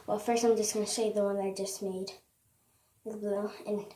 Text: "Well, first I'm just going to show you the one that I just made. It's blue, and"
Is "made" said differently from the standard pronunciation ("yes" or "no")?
yes